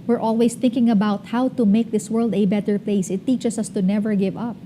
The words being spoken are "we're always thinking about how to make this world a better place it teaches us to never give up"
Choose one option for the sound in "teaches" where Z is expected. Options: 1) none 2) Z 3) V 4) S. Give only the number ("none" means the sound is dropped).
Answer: 4